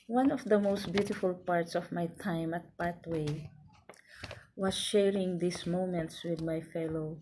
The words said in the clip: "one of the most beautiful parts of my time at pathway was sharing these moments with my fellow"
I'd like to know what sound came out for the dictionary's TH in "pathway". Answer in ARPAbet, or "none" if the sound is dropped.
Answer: T